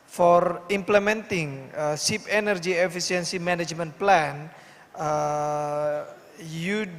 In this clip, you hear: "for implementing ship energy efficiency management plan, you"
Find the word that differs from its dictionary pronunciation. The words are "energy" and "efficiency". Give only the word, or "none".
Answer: efficiency